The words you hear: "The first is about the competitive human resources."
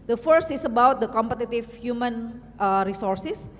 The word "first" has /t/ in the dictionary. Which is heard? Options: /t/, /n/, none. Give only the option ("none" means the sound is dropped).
/t/